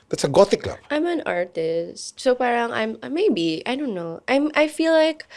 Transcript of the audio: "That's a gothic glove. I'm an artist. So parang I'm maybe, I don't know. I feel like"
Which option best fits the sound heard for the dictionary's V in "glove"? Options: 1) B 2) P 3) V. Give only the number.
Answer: 1